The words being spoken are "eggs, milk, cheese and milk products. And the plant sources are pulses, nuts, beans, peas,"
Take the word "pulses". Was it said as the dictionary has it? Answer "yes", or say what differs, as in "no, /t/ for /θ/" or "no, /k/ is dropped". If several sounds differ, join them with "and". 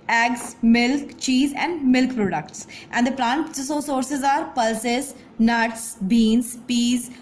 yes